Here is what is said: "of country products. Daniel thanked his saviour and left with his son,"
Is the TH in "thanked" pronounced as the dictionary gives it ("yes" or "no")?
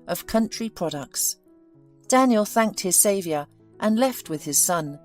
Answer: yes